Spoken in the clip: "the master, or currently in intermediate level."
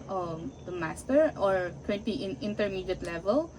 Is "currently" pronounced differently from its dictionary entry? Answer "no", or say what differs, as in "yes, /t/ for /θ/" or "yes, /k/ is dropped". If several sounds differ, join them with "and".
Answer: yes, /l/ is dropped